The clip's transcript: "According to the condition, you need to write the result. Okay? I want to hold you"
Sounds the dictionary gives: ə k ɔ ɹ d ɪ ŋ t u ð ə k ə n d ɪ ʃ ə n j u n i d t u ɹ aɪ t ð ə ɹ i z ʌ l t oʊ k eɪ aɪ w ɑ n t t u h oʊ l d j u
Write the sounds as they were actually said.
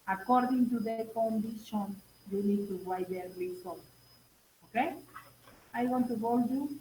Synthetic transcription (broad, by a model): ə k ɔ ɹ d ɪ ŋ t u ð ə k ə n d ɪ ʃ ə n j u n i d t u w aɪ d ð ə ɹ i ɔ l oʊ k eɪ aɪ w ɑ n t t u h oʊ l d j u